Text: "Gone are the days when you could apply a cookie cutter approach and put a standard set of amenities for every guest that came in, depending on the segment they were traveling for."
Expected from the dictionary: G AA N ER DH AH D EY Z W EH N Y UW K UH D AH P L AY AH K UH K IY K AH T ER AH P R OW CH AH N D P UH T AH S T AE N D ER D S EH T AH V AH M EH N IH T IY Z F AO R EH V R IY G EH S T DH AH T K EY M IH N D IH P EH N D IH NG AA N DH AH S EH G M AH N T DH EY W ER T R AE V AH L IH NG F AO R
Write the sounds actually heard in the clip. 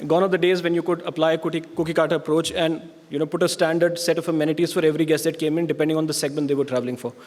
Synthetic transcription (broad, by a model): G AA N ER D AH D EY Z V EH N Y UW K UH D AH P L AY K K UH K IY K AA T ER AH P R OW CH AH N D P UH T AH S T AE N D ER D S EH T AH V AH M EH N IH T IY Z F AO R EH V R IY G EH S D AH T K EY M IH N D IH P EH N D IH NG AA N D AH S EH G M AH N T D EY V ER T R AE V AH L IH NG F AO R